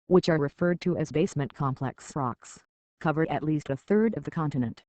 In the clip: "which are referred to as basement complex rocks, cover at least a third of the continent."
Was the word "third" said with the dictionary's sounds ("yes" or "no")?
yes